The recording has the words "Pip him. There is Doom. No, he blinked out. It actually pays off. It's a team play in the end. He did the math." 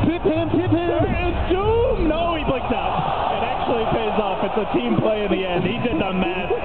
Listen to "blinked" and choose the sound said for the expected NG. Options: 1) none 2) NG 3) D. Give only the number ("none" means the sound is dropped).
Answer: 1